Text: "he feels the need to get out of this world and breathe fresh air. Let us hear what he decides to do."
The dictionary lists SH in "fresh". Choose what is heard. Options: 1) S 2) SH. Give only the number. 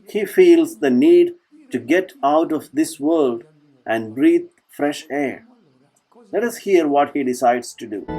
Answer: 2